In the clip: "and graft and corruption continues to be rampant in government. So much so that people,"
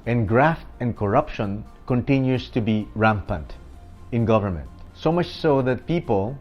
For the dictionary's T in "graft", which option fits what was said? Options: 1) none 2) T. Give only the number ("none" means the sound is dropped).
2